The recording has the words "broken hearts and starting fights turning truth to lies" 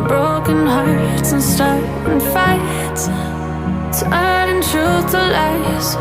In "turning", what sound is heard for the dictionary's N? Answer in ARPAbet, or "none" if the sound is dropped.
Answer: none